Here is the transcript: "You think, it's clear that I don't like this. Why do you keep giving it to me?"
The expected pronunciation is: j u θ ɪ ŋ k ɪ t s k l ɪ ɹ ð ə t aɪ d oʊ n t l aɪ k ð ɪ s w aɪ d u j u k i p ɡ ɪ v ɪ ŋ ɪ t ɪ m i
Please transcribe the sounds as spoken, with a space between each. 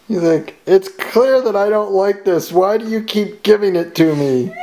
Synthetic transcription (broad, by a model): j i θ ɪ k ɪ t s k l ɪ ɹ ð ə t aɪ d oʊ n t l aɪ k ð ɪ s w aɪ d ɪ j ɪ k i p ɡ ɪ v ɪ ŋ ɪ t ɪ m i